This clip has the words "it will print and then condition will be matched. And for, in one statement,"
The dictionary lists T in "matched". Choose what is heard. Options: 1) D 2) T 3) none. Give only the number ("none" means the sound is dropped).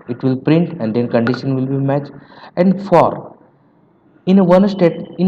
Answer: 3